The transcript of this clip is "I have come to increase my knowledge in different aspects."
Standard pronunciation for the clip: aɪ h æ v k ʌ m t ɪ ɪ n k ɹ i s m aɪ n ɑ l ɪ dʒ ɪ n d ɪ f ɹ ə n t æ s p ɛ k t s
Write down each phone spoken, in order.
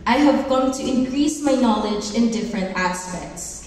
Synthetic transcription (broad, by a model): aɪ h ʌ v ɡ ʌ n t ɪ ɪ n k ɹ i s m aɪ n ɑ l ɪ dʒ ɪ n d ɪ f ɹ ə n t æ s p ɛ k t s